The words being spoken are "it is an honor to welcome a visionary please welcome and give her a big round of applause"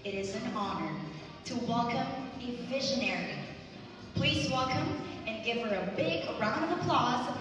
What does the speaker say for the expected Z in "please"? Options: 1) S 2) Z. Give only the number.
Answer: 2